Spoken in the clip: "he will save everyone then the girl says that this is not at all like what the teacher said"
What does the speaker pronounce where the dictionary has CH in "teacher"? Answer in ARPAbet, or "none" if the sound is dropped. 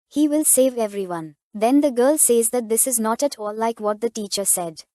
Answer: CH